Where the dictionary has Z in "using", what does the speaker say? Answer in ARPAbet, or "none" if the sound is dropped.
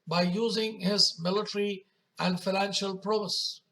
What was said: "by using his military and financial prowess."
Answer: Z